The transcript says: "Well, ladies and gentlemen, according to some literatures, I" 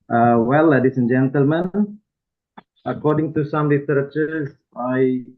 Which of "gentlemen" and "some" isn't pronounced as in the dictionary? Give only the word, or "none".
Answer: none